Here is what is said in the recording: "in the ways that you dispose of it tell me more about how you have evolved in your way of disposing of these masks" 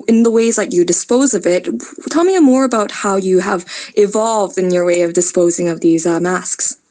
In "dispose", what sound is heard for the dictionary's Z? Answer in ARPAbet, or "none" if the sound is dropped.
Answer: Z